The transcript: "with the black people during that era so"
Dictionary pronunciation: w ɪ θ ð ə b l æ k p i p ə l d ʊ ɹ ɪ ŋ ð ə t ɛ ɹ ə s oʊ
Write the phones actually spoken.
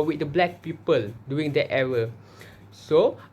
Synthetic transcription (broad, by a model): w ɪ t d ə b l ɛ k p i p ə l d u ɪ ŋ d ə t ɛ ɹ ə s oʊ